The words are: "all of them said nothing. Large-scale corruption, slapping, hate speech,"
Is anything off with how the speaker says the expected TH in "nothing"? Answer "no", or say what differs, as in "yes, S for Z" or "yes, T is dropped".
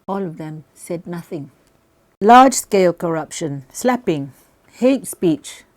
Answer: no